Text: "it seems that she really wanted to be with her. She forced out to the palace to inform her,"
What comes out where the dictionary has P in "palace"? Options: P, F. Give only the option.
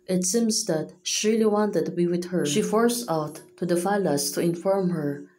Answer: F